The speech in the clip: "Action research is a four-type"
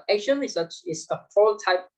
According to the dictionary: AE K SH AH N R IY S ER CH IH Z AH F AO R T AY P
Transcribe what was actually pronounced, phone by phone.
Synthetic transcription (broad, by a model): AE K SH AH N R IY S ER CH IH S AH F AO L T AY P